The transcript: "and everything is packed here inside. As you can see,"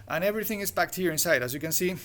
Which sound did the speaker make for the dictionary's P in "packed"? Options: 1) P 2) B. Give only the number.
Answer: 2